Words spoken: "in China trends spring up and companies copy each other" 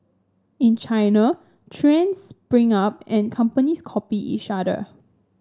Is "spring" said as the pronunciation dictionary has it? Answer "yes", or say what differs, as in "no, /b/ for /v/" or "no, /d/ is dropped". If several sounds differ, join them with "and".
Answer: no, /b/ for /p/